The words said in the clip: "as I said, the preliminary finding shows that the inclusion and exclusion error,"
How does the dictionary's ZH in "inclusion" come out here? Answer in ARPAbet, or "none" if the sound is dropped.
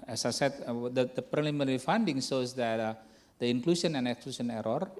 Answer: S